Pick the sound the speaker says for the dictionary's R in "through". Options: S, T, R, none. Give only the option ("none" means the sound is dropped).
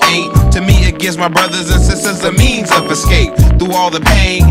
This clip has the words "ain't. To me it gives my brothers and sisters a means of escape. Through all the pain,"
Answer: none